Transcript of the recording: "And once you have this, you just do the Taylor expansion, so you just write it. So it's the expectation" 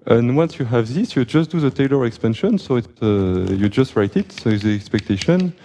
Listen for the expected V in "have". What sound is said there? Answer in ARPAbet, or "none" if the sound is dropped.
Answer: V